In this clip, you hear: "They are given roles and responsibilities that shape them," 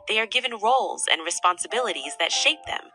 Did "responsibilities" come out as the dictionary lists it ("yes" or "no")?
yes